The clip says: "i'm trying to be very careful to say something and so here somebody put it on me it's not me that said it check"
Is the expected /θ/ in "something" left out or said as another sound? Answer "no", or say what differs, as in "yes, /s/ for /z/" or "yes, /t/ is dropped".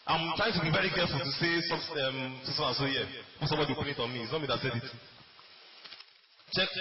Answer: yes, /s/ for /θ/